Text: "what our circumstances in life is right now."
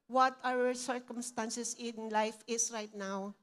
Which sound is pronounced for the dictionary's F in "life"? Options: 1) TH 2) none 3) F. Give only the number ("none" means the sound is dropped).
3